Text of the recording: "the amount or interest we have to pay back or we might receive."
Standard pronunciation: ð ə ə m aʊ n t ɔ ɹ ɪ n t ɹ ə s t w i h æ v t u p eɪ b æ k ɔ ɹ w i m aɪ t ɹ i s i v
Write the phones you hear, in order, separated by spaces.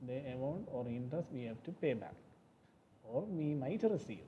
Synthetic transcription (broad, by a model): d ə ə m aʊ n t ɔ ɹ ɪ n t ə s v i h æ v t u p eɪ b æ k ɔ ɹ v i m aɪ t ɹ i s i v